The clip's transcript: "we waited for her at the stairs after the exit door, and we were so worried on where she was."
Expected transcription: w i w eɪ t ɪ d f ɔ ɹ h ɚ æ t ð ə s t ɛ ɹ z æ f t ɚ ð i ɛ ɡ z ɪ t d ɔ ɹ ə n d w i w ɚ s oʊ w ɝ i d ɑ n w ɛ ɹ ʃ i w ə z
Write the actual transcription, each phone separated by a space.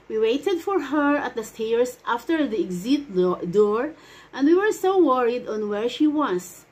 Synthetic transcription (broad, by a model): w i w eɪ t ɪ d f ɔ ɹ h ɚ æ t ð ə s t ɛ ɹ s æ f t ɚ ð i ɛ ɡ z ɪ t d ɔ ɹ ə n d w i w ɚ s oʊ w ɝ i d ɑ n w ɛ ɹ ʃ i w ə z